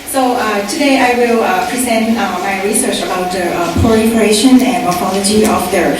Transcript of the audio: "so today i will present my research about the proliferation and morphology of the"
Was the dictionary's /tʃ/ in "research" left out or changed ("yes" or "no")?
no